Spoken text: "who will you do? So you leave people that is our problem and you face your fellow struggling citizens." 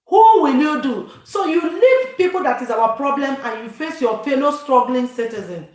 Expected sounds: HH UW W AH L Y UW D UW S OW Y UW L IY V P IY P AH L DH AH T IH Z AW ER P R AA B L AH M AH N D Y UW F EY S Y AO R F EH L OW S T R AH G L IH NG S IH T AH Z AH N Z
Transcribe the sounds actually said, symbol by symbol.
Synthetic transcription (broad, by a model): HH UW W AH L Y UW D UW S OW Y UW L IY V P IY P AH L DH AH T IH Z AW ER P R AA B L AH M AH N Y UW F EY S Y AO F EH N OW S T R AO G L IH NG S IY T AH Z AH N